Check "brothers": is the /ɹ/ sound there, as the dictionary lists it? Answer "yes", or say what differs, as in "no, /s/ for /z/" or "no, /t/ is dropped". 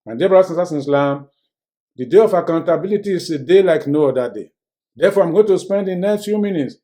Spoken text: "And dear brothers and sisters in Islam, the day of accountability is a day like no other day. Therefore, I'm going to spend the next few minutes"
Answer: no, /ɹ/ is dropped